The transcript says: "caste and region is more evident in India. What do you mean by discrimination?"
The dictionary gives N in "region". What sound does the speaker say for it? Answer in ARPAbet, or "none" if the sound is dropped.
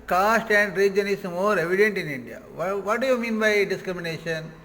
N